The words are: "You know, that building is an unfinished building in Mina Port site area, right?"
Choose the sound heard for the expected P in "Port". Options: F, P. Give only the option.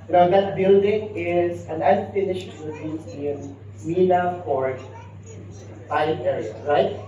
F